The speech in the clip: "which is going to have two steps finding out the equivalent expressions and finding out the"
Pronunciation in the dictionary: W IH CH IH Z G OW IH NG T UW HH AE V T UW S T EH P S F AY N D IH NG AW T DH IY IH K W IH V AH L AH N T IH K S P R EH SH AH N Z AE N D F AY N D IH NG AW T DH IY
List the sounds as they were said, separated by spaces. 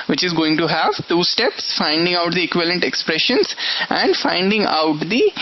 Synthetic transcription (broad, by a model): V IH CH IH Z G OW IH NG T UW HH AE V T UW S T EH P S F AY N D IH NG AW T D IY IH K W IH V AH L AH N T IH K S P R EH SH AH N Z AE N D F AY N D IH NG AW T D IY